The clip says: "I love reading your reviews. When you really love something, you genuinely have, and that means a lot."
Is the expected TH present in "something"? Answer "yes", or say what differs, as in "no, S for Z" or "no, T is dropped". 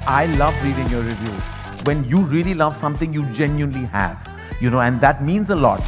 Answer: no, T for TH